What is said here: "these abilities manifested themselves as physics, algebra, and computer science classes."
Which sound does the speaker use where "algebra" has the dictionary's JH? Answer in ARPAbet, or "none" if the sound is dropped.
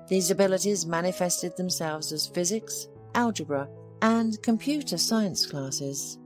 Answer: JH